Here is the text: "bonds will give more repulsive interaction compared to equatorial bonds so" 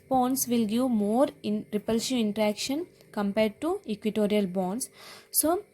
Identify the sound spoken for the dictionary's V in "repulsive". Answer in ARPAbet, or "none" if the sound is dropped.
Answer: none